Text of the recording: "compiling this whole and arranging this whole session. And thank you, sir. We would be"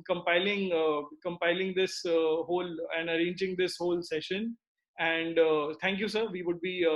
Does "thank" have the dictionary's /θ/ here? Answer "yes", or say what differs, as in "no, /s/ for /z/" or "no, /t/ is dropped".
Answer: no, /t/ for /θ/